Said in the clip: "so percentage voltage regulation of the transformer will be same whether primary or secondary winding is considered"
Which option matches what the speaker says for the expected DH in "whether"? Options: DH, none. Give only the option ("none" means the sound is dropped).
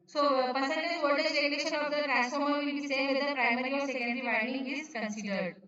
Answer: none